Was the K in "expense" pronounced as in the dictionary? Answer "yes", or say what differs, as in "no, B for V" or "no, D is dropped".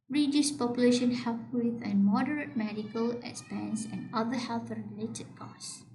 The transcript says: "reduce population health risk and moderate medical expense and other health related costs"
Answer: no, K is dropped